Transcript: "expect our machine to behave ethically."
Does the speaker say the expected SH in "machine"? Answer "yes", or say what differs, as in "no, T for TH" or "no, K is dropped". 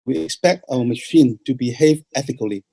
yes